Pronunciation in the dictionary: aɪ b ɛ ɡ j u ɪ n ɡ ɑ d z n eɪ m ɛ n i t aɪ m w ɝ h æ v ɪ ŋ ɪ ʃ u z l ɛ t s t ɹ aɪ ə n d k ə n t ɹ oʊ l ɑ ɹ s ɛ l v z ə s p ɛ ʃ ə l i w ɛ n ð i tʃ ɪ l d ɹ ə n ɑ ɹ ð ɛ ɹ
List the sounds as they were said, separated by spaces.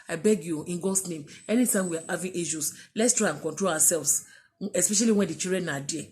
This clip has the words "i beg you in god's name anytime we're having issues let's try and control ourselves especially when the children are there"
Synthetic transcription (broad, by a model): aɪ b ɛ ɡ j u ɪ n ɡ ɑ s n eɪ m ɛ n i t aɪ m w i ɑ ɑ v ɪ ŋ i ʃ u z l ɛ t s t ɹ aɪ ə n k ə n t ɹ oʊ l ɑ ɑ s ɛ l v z ə s p ɛ ʃ ə l i w ɛ n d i tʃ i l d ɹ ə n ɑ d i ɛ